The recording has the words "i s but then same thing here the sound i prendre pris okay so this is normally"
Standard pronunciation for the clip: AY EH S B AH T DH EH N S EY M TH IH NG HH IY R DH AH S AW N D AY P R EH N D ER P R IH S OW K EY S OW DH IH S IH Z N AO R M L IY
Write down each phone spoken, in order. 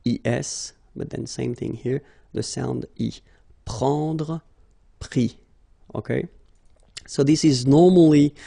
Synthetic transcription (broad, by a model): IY EH S B AH T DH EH N S EY M TH IH NG HH IY R DH AH S AW N D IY P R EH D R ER P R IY OW K EY S OW DH IH S IH Z N AO R M L IY